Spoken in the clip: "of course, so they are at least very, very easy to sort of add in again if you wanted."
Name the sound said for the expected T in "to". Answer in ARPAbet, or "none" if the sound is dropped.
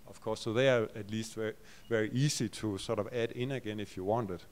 S